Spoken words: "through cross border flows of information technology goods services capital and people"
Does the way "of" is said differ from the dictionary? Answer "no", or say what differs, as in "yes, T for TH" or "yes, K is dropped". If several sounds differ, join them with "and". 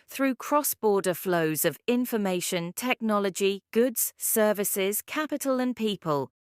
no